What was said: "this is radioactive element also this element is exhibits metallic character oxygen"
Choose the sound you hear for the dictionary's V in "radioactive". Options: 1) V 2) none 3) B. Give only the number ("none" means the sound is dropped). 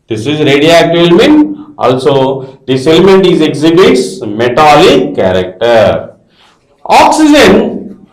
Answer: 2